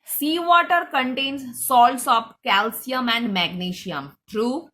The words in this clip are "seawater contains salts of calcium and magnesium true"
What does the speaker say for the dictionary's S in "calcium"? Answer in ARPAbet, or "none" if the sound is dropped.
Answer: S